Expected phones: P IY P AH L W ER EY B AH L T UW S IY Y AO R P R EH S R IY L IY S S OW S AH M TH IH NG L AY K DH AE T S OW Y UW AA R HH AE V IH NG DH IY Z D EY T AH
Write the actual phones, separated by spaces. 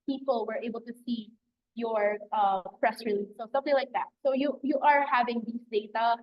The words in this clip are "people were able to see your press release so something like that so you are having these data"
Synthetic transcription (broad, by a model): P IY P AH L W ER EY B AH L T UW S IY Y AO R P R EH S R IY L IY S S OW S AH M TH IH NG L AY K DH AE T S OW Y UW AA R HH AE V IH NG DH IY S D EY T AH